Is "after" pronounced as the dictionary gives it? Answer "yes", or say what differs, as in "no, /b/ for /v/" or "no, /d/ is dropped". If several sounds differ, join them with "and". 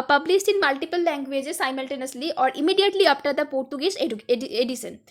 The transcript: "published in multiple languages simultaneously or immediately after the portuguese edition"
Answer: no, /p/ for /f/